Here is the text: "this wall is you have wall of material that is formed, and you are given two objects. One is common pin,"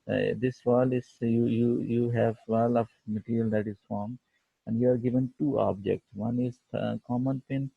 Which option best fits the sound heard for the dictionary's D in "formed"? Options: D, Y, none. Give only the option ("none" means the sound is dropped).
none